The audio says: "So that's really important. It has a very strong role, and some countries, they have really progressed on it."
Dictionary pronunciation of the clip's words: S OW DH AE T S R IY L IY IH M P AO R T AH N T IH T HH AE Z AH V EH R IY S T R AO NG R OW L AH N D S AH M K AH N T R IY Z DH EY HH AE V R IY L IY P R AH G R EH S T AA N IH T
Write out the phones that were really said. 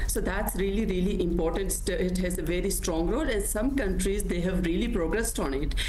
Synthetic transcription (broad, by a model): S OW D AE T S R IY L IY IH M P AO R T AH N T IH T HH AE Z AH V EH R IY S T R AO NG R OW L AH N S AH M K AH N T R IY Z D EY HH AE V R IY L IY P R AH G R EH S T AA N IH T